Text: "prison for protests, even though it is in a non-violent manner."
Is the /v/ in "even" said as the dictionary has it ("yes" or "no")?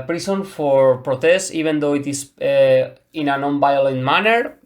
no